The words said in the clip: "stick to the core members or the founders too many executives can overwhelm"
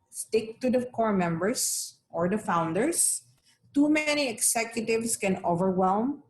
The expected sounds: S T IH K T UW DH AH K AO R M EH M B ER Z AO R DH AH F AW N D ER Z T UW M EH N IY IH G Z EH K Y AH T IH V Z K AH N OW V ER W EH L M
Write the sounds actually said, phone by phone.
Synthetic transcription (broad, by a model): S T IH K T UW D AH K AO R M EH M B ER S AO R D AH F AW N D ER S T UW M EH N IY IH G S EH K Y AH T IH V S K AH N OW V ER W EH L M